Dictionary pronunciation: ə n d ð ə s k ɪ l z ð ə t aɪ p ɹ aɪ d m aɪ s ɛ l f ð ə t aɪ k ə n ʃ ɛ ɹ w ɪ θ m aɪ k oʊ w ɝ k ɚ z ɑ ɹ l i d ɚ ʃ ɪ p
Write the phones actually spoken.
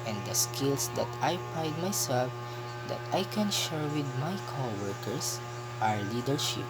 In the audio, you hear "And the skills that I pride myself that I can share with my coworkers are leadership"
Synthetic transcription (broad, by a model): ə n d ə s k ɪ l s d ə t aɪ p aɪ d m aɪ s ɛ l f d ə t aɪ k ə n ʃ ɛ ɹ w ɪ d m aɪ k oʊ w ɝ k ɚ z ɑ ɹ l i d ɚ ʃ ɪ p